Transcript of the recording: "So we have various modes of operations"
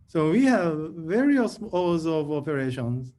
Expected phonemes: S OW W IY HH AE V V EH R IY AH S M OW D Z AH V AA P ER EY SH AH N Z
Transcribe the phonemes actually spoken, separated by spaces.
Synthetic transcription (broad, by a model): S OW W IY HH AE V V EH R IY AH S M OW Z AH V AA P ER EY SH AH N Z